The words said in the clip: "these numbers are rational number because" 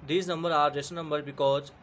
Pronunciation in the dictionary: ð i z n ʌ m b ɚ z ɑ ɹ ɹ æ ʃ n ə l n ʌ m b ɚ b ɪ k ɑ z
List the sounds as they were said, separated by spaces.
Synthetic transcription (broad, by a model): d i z n ʌ m b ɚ ɑ ɹ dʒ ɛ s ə n ʌ m b ɚ b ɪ k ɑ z